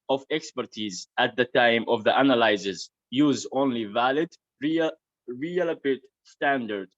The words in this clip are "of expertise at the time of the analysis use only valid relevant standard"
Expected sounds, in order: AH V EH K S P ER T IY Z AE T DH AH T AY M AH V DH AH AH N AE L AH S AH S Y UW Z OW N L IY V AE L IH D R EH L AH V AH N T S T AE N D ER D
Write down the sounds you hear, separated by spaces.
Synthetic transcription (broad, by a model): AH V EH K S P ER T IY Z AE T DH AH T AY M AH V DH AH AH N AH L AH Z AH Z Y UW Z OW N L IY V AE L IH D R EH L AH P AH T S T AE N D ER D